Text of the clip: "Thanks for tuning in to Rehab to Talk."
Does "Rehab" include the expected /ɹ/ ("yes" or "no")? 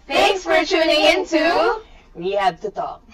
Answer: no